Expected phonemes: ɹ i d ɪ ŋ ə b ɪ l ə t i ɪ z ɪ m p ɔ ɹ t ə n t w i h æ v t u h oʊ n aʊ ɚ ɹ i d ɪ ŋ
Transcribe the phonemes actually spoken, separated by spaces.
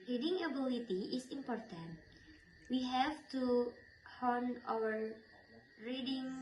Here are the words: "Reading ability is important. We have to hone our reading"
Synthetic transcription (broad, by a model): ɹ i d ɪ ŋ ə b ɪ l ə t i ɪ s ɪ m p ɔ ɹ t ə n t w i h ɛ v t u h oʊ n aʊ ɚ ɹ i d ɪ ŋ